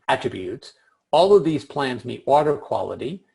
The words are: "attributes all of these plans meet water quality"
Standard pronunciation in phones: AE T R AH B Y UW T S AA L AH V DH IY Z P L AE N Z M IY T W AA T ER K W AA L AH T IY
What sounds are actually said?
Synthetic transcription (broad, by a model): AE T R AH B Y UW T S AA L AH V DH IY Z P L AE N Z M IY T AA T ER K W AA L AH T IY